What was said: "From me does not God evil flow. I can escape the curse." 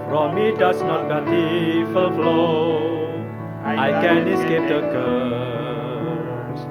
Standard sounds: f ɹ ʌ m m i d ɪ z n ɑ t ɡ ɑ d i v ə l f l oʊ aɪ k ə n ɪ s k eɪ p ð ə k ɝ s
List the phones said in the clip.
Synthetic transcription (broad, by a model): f ɹ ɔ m m i d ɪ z n ɑ t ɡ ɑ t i f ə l f l oʊ aɪ k ə n ɪ s k eɪ p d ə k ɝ